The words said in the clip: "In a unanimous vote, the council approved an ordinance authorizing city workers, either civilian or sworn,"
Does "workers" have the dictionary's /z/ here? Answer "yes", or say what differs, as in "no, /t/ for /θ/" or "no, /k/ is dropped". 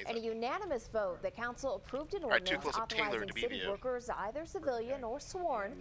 yes